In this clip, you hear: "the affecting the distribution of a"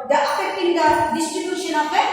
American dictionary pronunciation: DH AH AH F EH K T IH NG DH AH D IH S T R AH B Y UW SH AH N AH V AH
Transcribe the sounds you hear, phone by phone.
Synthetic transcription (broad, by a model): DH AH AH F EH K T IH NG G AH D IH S T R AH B Y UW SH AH N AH P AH